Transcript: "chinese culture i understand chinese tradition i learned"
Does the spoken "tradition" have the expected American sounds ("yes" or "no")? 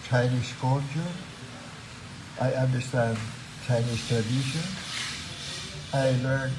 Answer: no